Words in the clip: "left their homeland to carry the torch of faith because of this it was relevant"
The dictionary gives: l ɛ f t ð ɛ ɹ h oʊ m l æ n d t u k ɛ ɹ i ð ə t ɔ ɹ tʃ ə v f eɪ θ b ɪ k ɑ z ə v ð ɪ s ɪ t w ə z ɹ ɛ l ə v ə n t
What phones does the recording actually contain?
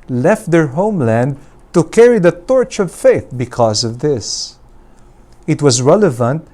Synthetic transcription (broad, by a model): l ɛ f t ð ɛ ɹ h oʊ m l æ n d t u k ɛ ɹ i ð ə t ɔ ɹ tʃ ə v f eɪ θ b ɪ k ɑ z ə v ð ɪ s ɪ t w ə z ɹ ɛ l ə v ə n t